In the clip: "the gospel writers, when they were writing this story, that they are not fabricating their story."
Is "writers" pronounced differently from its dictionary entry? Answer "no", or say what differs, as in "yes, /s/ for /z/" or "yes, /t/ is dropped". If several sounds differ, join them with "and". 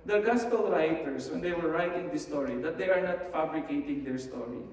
yes, /s/ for /z/